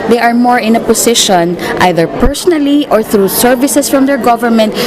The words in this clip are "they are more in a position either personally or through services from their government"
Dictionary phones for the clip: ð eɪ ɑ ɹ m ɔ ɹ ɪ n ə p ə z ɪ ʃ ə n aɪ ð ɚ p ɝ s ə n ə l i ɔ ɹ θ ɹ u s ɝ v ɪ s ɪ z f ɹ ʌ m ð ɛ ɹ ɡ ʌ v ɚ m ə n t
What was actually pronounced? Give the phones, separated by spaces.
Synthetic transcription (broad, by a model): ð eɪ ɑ ɹ m ɔ ɹ ɪ n ə p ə s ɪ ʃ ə n aɪ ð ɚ p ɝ s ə n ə l i ɔ ɹ θ ɹ u s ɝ v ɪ s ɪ s f ɹ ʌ m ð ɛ ɹ ɡ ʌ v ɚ m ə n t